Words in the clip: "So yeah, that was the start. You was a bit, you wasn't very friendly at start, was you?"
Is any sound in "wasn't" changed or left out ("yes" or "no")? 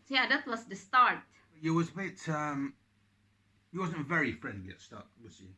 no